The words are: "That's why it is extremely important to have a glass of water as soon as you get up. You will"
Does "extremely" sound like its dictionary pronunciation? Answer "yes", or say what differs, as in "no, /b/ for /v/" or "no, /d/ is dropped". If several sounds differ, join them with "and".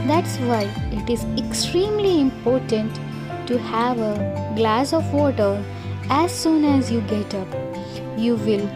yes